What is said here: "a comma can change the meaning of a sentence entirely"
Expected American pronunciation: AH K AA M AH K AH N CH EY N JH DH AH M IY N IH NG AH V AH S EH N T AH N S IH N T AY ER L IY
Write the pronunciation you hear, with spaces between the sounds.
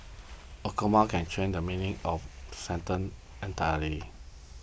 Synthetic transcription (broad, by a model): AH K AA M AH K AH N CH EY N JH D AH M IY N IH NG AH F S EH N T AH N IH N T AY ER IY